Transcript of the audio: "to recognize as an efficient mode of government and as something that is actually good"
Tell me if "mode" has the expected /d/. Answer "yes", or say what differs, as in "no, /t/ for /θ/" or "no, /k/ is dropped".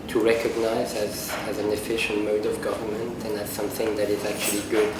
yes